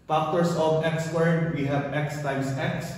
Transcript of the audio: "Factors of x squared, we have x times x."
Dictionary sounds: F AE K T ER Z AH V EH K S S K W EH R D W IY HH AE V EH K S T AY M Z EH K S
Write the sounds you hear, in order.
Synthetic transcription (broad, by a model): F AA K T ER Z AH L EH K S S W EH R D W IY HH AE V EH K S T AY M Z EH K S